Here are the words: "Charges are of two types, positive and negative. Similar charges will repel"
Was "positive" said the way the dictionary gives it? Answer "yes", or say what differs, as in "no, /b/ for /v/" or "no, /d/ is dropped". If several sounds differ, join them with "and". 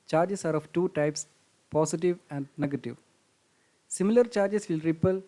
no, /s/ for /z/